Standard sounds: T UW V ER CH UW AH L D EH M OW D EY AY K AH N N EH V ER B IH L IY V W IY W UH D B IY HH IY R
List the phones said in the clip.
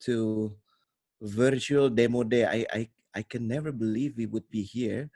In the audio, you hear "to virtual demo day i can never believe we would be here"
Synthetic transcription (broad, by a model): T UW V ER CH UW AH L D EH M OW D EY AY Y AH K N EH V ER B IH L IY V W IY W UH D B IY HH IY R